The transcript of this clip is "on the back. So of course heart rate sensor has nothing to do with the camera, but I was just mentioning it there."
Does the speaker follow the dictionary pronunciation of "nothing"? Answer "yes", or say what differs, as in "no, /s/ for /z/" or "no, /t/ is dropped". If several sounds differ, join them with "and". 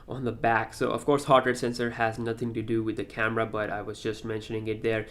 yes